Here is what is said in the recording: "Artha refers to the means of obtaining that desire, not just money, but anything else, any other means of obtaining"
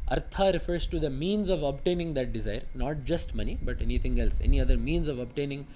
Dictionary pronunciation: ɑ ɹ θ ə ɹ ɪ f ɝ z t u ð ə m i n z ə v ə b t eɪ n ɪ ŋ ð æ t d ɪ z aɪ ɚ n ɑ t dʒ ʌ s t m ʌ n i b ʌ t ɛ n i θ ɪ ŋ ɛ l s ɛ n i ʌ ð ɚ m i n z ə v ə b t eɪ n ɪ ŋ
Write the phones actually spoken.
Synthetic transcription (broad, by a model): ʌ ɹ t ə ɹ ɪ f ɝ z t u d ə m i n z ə v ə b t eɪ n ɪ ŋ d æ t d ɪ z aɪ ɚ n ɑ t dʒ ʌ s t m ʌ n i b ʌ t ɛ n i t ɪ ŋ ɛ l s ɛ n i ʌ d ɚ m i n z ə v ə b t eɪ n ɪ ŋ